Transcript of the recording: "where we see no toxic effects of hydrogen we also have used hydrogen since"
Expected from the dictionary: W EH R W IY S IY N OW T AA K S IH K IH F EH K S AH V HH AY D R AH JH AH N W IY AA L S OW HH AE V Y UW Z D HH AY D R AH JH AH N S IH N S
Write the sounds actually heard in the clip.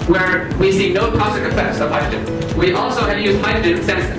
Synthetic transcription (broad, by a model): W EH R W IY S IY N OW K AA S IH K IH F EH S AH V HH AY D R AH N W IY AA L S OW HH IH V Y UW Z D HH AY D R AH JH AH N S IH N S